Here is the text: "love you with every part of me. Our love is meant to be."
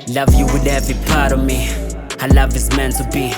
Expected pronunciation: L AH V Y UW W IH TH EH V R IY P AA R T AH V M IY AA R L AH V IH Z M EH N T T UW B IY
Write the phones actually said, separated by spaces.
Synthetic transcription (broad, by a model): L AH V Y UW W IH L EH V IY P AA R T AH M IY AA L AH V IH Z M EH N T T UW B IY